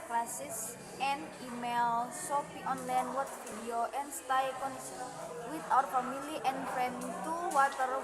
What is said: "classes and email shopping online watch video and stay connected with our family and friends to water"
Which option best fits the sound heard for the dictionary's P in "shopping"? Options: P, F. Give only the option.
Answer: F